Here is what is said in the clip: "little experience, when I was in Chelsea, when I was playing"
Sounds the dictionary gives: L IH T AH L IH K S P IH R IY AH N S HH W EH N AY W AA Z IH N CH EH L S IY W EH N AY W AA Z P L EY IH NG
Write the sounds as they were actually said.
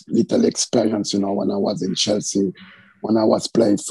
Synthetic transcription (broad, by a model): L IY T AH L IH K S P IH R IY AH N S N W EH N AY W AA Z IH N CH EH L S IY W EH N AY W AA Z P L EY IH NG